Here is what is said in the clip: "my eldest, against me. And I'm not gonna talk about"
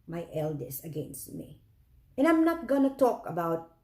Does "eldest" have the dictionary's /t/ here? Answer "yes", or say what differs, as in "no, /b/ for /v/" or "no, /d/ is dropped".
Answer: no, /t/ is dropped